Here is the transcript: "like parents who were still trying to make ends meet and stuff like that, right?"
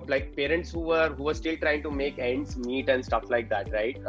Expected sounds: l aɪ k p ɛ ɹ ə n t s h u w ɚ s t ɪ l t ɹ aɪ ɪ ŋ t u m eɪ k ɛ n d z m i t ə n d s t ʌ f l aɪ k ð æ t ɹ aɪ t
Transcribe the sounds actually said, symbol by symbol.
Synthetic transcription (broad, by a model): l aɪ k p ɛ ɹ ə n t s h u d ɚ s t ɪ l t ɹ aɪ ɪ ŋ t u m eɪ k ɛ n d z m i t ə n d s t ʌ f l aɪ k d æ t ɹ aɪ t